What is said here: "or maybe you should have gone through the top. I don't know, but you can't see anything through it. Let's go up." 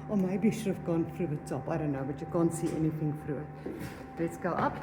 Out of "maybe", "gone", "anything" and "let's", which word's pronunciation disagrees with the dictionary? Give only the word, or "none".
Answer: maybe